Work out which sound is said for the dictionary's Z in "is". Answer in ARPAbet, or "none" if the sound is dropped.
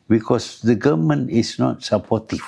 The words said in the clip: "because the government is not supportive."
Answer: S